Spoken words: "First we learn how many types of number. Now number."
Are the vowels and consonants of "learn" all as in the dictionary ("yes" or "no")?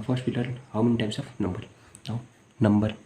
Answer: no